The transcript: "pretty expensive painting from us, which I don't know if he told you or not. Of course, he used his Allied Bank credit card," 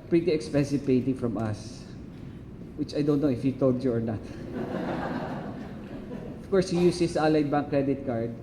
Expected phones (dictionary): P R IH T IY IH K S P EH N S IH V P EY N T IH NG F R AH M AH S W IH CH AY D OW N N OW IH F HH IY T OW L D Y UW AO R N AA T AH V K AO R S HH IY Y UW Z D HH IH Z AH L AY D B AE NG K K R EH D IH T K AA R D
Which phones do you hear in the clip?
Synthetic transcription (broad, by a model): P R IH T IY IH K S P EH N S IH V P EY N T IH NG F R AH M AH S W IH CH AY D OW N N OW IH F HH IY T OW L D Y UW AO R N AA T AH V K AO R S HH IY Y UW S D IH S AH L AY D B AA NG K K R EH D IH T K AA R D